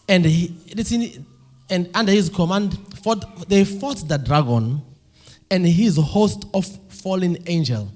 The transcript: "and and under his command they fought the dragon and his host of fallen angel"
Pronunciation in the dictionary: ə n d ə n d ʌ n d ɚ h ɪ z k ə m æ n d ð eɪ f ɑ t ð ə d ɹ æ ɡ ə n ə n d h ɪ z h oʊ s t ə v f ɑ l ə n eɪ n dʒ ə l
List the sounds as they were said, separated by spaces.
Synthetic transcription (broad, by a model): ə n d ə n d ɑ n d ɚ h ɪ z k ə m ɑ n d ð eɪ f ɑ t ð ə d ɹ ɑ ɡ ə n ə n d h ɪ z h oʊ s t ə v f ɑ l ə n eɪ n dʒ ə l